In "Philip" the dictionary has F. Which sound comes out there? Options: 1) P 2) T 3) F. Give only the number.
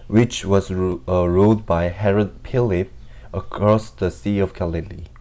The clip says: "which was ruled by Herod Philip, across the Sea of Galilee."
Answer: 1